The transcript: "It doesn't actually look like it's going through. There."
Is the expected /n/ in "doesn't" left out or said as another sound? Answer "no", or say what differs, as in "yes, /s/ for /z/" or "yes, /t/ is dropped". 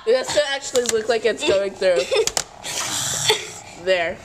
yes, /n/ is dropped